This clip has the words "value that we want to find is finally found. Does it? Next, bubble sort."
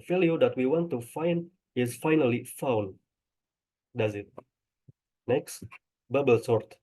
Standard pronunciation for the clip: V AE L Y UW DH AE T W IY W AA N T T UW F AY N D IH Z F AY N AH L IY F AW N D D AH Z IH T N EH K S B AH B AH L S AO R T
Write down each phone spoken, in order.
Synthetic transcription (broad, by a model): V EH L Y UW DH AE T W IY W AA N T T UW F AY N D IH Z F AY N AH L IY F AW N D D AH Z IH T N EH K S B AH B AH L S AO R T